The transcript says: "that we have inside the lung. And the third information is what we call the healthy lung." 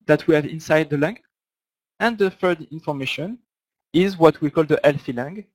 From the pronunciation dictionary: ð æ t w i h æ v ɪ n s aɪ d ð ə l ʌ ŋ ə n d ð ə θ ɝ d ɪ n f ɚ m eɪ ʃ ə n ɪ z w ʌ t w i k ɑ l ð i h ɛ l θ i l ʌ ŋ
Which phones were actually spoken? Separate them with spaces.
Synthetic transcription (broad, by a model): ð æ t w i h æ v ɪ n s aɪ d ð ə l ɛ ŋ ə n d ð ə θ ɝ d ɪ n f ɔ m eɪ ʃ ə n ɪ z w ʌ t w i k ɑ l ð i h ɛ l f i l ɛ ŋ